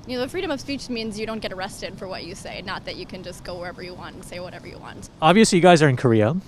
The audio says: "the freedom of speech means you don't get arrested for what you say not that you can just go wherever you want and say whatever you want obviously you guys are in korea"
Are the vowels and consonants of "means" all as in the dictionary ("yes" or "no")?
yes